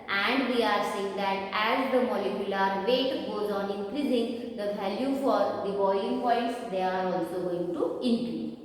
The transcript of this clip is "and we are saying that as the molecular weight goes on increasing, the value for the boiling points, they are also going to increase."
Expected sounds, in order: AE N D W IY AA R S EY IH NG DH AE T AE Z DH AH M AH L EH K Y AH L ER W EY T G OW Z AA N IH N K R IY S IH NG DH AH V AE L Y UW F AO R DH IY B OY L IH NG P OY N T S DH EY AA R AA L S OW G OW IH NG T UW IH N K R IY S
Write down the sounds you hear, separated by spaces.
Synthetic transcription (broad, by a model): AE N D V IY AA R S EY IH NG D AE T AE Z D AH M AH L EH K Y AH L ER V EY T G OW Z AA N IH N K R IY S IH NG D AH V AE L Y UW F AO R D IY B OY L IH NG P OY T S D EY AA R AA L S OW G OW IH NG T UW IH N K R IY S